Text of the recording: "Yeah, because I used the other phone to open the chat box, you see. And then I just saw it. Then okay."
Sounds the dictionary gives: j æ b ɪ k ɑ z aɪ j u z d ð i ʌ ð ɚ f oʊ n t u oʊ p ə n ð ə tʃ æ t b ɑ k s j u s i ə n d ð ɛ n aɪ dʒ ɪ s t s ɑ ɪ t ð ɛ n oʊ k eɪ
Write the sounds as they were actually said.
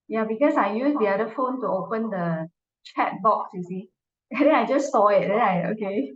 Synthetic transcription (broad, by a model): j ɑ b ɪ k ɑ s aɪ j u s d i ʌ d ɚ f oʊ n t u oʊ p ə n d ə tʃ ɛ t b ɑ k s j u s i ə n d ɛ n aɪ dʒ ɪ s t ɑ ɪ t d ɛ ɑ oʊ k eɪ